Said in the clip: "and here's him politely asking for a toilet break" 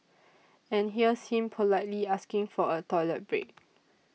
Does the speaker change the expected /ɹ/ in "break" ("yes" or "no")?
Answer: no